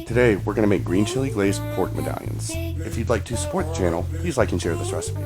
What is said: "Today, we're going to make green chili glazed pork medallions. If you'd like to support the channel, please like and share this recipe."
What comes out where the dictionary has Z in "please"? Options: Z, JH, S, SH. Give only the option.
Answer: Z